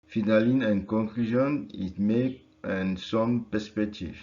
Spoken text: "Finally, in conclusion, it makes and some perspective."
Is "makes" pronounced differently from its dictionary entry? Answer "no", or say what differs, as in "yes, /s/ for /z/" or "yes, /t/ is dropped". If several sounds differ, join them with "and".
yes, /s/ is dropped